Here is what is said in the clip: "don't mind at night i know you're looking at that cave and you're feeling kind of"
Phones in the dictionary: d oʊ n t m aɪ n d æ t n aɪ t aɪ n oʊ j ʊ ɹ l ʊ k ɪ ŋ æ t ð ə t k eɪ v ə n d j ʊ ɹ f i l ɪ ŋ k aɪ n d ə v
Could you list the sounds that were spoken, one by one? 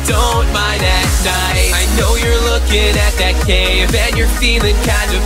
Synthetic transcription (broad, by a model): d oʊ n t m aɪ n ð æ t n aɪ aɪ n oʊ j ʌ ɹ l ʊ k ɪ ŋ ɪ t ð ə t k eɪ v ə n j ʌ ɹ f i l ɪ ŋ k aɪ n d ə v